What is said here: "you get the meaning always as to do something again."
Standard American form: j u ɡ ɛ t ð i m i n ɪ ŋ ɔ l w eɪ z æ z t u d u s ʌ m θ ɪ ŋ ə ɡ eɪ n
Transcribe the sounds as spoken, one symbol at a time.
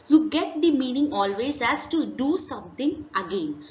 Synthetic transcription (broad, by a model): j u ɡ ɛ t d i m i n ɪ ŋ ɔ l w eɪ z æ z t u d u s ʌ m t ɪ ŋ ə ɡ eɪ n